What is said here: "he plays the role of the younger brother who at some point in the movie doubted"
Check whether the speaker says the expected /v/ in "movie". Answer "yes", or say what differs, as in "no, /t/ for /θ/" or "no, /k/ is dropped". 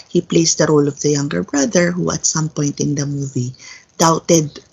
yes